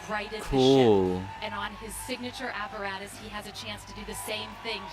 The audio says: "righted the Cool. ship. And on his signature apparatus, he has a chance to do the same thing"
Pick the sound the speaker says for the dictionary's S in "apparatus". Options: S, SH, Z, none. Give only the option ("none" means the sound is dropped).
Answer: S